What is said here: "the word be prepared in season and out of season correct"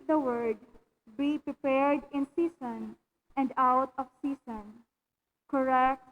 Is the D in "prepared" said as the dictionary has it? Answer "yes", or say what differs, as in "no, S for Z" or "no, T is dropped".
yes